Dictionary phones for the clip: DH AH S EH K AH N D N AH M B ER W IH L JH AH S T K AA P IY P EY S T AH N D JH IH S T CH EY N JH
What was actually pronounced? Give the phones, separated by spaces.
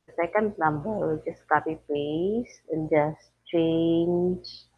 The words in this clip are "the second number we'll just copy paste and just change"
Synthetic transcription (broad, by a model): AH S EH K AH N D N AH M B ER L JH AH S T K AA P IY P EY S AH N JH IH S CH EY N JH